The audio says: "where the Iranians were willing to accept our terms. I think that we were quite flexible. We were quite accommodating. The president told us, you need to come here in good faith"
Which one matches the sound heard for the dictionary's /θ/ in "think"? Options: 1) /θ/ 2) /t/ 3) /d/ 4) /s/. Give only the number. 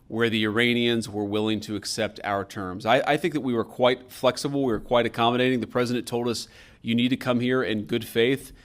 1